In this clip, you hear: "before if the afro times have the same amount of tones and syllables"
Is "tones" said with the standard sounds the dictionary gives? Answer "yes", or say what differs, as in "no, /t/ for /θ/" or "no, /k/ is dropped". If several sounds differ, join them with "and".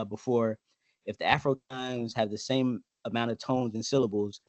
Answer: yes